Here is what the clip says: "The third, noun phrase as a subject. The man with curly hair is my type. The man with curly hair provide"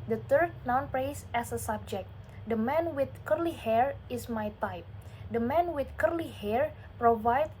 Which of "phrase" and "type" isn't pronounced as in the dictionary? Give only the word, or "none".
phrase